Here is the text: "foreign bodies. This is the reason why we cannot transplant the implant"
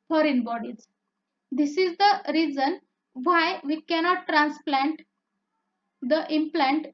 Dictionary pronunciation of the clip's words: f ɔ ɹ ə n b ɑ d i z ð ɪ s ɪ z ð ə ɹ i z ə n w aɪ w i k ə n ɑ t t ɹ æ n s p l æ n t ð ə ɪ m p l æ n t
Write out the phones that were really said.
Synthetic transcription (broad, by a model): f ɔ ɹ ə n b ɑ d i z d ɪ s ɪ z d ə ɹ i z ə n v aɪ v i k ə n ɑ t t ɹ æ n s p l æ n t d ə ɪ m p l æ n t